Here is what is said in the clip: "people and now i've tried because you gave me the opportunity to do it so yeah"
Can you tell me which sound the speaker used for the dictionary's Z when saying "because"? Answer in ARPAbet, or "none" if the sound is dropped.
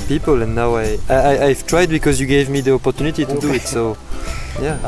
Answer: Z